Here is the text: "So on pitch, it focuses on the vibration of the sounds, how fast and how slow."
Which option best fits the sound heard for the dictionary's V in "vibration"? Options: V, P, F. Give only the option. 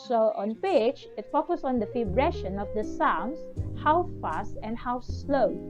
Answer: F